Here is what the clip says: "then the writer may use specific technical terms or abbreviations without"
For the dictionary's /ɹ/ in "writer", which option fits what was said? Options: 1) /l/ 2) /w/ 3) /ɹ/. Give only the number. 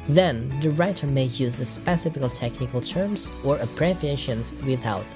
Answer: 3